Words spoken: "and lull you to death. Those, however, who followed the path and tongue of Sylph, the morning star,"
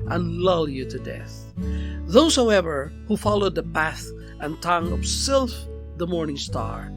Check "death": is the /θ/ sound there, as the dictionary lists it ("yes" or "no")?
yes